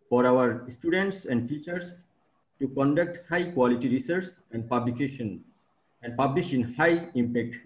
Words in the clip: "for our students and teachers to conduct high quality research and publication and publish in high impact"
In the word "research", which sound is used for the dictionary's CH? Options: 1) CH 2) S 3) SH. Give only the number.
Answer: 2